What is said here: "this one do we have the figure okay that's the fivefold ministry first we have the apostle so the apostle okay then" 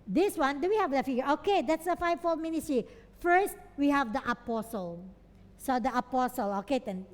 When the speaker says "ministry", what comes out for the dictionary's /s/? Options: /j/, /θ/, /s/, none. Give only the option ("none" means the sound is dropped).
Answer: none